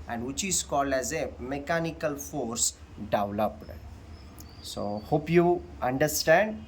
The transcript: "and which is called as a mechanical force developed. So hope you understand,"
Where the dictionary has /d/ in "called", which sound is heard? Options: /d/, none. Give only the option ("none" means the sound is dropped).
/d/